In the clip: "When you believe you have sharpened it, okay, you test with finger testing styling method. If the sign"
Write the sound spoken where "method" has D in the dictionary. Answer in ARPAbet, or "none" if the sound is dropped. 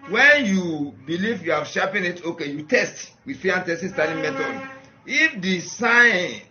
none